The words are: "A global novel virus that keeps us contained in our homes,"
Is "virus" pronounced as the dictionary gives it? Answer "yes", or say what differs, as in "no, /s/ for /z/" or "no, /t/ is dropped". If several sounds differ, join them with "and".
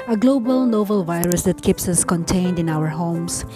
yes